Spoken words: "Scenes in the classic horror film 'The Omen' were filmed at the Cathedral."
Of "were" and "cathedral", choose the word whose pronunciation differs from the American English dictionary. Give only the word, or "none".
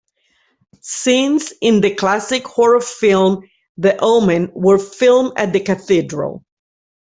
none